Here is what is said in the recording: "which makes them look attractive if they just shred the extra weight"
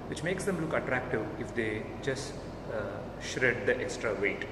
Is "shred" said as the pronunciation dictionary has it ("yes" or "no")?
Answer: yes